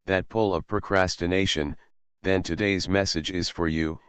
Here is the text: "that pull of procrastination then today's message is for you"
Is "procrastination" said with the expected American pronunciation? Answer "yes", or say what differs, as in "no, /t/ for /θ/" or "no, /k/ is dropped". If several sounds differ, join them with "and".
yes